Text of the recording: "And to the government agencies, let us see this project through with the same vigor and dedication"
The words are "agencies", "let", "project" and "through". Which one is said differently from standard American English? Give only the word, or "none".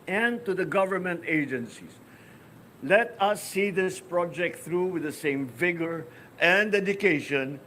agencies